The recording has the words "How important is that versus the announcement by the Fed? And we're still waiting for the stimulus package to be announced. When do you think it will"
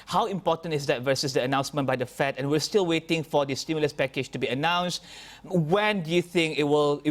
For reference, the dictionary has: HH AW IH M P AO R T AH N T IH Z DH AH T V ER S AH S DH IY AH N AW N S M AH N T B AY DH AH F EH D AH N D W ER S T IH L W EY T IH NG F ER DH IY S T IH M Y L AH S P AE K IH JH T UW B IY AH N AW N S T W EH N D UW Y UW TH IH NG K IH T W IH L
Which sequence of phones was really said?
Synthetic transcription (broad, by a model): HH AW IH M P AO T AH N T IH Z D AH T V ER S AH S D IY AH N AW N S M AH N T B AY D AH F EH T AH N W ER S T IH L W EY T IH NG F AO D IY S T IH M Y L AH S P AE K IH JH T UW B IY AH N AW N S T W EH N D UW Y UW TH IH NG K IH T W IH L